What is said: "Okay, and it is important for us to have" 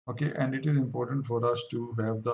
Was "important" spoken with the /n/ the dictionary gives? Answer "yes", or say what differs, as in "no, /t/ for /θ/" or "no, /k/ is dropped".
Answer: yes